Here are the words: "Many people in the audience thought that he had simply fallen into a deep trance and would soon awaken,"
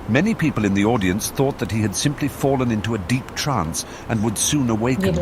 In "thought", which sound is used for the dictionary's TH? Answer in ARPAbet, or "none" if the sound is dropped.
TH